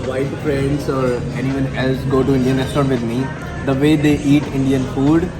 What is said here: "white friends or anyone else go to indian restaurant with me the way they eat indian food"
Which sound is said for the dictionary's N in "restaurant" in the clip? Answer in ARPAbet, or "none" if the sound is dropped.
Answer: none